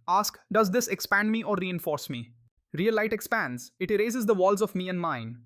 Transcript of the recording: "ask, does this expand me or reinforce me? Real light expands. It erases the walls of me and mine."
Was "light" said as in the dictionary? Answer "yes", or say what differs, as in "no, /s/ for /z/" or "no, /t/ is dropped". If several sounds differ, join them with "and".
yes